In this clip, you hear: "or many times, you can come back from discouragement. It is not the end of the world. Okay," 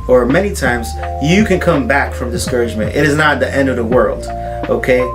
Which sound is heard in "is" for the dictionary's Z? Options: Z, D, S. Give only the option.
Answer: Z